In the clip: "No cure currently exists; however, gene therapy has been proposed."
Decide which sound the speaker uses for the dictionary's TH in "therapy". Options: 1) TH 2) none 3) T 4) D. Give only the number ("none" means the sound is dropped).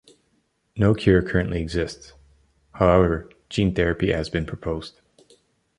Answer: 1